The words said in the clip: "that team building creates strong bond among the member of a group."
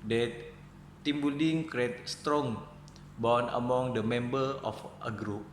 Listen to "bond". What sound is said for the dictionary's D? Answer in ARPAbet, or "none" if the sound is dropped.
none